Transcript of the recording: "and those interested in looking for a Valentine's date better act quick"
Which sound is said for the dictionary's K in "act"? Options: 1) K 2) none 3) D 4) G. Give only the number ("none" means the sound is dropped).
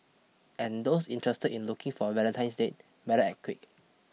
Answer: 2